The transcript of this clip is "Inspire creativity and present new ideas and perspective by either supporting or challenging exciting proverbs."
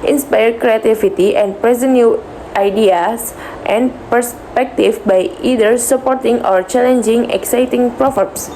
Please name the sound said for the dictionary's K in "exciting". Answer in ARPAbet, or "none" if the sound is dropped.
K